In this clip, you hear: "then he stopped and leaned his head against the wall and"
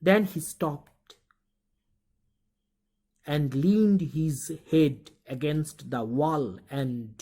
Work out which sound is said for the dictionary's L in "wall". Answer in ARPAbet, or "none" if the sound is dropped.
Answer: L